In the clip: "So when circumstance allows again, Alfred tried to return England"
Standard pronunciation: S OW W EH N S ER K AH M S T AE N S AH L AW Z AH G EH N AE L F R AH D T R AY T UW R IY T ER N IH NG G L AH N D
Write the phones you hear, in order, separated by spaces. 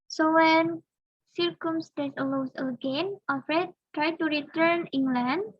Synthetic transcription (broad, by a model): S OW W EH N S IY K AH M S T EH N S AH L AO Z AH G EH N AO F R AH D T R AY T UW R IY T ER N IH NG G L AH N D